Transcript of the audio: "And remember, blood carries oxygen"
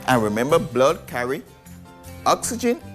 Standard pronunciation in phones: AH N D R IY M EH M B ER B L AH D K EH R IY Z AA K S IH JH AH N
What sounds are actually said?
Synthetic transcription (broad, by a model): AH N R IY M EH M B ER B L AH D K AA R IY AA K S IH JH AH N